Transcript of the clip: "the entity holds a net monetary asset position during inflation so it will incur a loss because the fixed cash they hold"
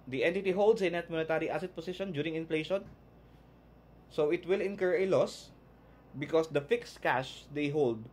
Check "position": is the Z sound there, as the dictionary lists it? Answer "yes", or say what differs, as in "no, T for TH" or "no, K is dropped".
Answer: no, S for Z